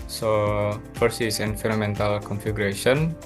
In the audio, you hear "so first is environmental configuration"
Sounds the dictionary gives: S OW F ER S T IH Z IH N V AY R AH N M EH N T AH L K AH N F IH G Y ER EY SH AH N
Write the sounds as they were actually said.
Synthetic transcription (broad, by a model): S OW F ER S IH S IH N F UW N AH M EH N T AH L K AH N F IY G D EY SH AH N